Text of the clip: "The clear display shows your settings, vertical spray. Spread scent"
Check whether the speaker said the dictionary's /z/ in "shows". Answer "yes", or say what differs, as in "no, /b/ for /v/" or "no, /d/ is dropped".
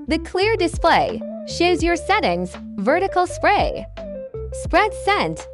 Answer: yes